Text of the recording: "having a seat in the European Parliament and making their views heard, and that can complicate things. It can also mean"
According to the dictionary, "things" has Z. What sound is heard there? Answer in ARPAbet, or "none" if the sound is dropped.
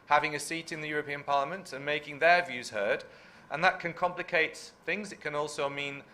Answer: Z